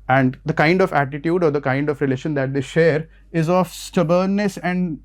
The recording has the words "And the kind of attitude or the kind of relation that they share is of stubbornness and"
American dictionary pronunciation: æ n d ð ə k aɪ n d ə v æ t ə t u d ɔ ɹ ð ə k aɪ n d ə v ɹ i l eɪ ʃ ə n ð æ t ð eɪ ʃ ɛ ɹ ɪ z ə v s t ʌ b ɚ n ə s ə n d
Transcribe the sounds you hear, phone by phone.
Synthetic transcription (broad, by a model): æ n d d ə k aɪ n d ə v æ t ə t u d ɔ ɹ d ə k aɪ n d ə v ɹ i l eɪ ʃ ə n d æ t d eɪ ʃ ɛ ɹ ɪ z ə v s t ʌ b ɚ l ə s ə n d